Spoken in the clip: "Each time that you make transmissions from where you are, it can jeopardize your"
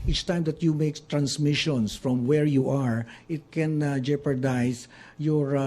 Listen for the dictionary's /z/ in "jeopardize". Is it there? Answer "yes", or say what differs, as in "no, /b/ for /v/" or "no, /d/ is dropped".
no, /s/ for /z/